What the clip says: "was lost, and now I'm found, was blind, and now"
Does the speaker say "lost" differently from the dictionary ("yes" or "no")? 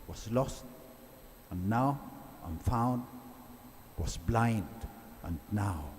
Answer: no